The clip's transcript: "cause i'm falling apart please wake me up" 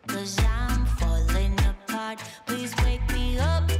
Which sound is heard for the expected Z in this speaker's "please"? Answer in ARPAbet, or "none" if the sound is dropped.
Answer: Z